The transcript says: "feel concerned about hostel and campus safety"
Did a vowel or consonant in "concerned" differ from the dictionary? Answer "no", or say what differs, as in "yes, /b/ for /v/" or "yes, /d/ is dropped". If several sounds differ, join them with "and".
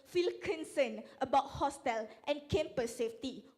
yes, /d/ is dropped